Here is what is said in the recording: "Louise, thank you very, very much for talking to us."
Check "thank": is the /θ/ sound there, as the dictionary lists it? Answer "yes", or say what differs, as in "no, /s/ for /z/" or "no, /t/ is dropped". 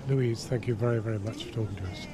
yes